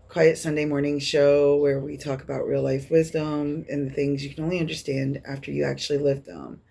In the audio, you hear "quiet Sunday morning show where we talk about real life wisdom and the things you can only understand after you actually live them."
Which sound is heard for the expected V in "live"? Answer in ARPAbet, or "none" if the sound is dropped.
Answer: V